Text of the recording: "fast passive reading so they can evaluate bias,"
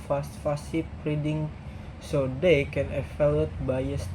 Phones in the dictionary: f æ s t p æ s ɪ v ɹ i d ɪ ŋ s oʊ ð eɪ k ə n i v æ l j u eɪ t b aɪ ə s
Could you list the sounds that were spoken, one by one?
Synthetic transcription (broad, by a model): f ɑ s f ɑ s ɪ p ɹ i d ɪ ŋ s oʊ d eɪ k ə n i f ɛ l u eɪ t b aɪ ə s